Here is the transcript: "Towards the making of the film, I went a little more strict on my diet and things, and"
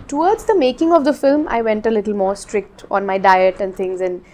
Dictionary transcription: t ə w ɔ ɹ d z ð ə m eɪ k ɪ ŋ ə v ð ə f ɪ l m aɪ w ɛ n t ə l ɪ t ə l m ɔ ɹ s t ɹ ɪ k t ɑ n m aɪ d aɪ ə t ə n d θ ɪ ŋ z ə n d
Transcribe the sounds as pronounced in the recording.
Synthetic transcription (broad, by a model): t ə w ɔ ɹ d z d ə m eɪ k ɪ ŋ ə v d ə f ɪ l m aɪ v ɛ n t ə l ɪ t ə l m ɔ ɹ s t ɹ ɪ k t ɑ n m aɪ d aɪ ə t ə n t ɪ ŋ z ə n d